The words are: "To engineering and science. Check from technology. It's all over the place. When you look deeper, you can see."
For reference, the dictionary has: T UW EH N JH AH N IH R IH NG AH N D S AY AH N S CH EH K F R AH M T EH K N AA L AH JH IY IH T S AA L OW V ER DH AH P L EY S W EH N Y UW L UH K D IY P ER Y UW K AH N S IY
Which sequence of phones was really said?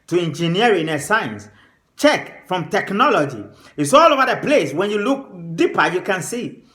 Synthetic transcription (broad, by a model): T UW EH N JH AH N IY IH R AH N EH S AY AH N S CH EH K F R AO M T EH K N AA L AH JH IY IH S AA L OW V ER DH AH P L EY S W EH N Y UW L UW K D IY P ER Y UW K AH N S IY